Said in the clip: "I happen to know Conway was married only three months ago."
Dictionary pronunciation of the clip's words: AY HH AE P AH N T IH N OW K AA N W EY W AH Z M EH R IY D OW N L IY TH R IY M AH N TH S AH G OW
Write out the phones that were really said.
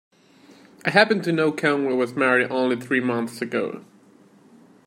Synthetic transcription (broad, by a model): AY HH AE P AH N T IH N OW K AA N W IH W AH Z M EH R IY D OW N L IY TH R IY M AH N TH S AH G OW